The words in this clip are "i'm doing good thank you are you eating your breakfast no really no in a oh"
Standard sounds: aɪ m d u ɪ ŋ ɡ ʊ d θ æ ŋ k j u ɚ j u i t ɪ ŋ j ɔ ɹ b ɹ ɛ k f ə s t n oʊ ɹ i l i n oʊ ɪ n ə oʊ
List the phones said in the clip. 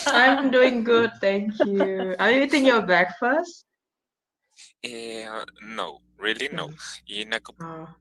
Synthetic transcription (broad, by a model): aɪ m d u ɪ ŋ ɡ ʊ d t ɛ ŋ k j u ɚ j u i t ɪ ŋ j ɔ b ɛ k f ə s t n oʊ ɹ i l i n oʊ ɪ n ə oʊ